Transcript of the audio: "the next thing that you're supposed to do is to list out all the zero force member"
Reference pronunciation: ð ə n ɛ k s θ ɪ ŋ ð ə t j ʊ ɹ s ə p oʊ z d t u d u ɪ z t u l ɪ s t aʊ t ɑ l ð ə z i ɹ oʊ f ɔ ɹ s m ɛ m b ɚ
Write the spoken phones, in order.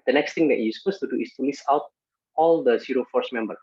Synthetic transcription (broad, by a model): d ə n ɛ k s t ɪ ŋ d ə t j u s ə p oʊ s t u d u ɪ s t u l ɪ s aʊ t ɑ l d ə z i ɹ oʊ f ɔ ɹ s m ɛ m b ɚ